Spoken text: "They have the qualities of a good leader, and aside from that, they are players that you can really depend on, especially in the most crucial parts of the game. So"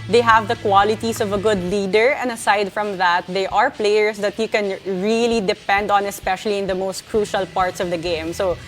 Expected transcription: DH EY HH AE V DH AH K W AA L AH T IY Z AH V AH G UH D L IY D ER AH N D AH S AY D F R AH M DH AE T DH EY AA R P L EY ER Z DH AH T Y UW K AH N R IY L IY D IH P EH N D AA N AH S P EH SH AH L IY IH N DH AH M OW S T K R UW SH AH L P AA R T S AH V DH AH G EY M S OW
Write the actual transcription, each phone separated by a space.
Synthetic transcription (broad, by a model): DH EY HH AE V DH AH K W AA L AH T IY S AH V AH G UH D L IY D ER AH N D AH S AY D F R AH M DH AE T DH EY AA R P L EY ER S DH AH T Y UW K AH N R IY L IY D IH P EH N D AA N AH S P EH SH AH L IY IH N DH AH M OW S T K R UW SH AH L P AA R T S AH V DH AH G EY M S OW